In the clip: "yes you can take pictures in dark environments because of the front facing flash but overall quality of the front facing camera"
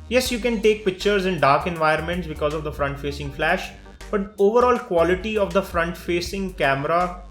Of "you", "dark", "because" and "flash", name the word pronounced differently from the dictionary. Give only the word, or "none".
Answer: none